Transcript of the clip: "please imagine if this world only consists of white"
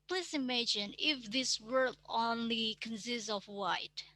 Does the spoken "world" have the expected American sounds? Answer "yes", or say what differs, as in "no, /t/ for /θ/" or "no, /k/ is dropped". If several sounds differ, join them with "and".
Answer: no, /l/ is dropped